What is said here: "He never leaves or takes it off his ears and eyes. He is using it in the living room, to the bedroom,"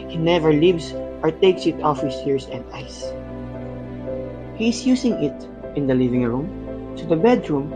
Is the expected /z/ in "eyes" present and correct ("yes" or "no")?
no